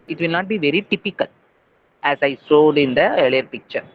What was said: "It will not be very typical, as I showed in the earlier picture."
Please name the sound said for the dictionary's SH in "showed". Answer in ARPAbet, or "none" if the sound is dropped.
S